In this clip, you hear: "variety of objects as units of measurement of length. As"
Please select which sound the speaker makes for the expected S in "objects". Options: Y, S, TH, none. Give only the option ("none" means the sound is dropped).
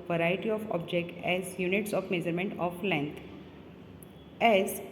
none